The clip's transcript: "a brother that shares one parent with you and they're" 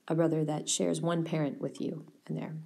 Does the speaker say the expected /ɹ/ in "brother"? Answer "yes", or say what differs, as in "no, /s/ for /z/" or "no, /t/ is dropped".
yes